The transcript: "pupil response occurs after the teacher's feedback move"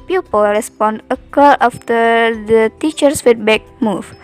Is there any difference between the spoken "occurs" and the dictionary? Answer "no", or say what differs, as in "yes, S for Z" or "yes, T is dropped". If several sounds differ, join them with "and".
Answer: yes, Z is dropped